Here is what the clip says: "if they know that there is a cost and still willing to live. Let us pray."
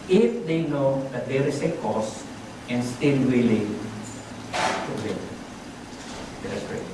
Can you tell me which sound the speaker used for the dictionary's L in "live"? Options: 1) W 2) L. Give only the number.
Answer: 1